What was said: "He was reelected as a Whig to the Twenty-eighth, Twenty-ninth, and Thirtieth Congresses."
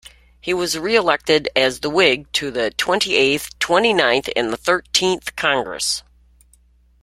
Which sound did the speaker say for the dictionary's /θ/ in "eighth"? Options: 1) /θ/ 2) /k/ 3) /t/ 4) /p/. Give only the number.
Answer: 1